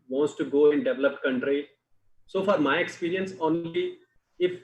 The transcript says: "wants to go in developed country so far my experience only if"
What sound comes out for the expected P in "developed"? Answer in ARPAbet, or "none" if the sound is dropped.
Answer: P